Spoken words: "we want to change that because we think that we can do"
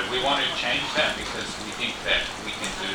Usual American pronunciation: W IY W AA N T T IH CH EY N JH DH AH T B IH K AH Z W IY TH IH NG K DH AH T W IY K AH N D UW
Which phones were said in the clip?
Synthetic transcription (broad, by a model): W IY W AA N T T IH CH EY N JH DH AH T B IH K AH Z W IY TH IH NG K DH AH T W IY K AH N D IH